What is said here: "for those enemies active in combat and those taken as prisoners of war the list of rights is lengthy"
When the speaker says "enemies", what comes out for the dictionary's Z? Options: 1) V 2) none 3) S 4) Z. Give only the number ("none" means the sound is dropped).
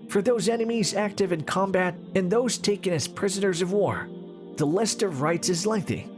4